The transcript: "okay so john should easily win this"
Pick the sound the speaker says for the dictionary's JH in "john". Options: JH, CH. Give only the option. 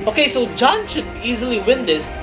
JH